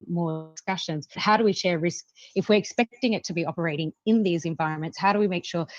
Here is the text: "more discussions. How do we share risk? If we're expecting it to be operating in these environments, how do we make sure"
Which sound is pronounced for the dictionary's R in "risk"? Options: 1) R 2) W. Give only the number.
1